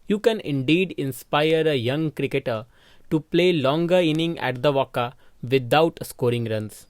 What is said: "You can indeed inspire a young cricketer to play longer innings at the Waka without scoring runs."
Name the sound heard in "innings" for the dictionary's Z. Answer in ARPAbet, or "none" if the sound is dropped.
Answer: none